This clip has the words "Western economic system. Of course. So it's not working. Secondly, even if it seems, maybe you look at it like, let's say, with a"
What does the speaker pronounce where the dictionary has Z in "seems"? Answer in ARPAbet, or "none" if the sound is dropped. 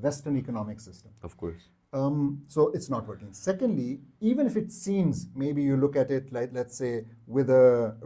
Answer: Z